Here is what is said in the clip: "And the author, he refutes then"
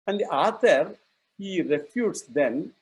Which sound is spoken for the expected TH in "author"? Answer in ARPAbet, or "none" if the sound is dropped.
T